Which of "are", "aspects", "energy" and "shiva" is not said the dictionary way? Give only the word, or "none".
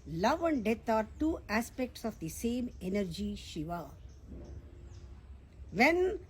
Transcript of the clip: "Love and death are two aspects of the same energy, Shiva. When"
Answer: none